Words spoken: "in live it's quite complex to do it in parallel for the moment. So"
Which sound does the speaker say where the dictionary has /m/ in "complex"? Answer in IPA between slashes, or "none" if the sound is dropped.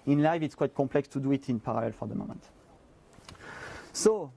none